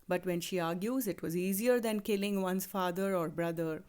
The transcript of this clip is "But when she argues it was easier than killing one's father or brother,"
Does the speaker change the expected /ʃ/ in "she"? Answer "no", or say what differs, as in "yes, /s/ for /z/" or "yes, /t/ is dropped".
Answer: no